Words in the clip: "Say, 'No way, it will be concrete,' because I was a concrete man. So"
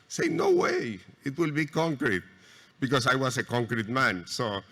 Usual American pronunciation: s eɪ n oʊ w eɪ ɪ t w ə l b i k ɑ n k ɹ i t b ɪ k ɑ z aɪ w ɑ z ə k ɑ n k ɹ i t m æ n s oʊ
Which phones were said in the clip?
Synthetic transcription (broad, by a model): s eɪ n oʊ w eɪ ɪ t w ə l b i k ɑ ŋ k ɹ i t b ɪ k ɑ s aɪ w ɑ s ə k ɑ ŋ k ɹ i t m æ n s oʊ